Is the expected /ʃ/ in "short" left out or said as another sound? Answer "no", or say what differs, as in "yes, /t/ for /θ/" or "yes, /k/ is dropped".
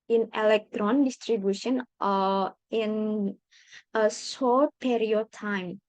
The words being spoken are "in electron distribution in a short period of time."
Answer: yes, /s/ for /ʃ/